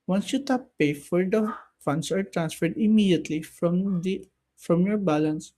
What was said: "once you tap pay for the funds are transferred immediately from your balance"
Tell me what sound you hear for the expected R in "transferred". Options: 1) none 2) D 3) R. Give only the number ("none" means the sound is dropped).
3